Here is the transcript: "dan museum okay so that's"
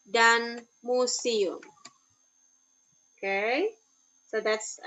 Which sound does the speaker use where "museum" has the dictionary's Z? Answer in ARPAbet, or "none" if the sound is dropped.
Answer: S